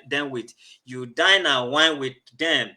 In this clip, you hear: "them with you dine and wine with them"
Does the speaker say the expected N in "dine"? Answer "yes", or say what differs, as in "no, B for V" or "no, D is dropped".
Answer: yes